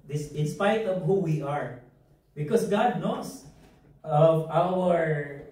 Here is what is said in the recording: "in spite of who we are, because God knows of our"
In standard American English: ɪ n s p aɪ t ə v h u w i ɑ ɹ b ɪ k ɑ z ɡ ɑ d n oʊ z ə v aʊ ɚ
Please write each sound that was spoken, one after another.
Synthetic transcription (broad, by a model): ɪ n s p aɪ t ə v h u w i ɑ ɹ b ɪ k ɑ s ɡ ɑ d n oʊ s ə v aʊ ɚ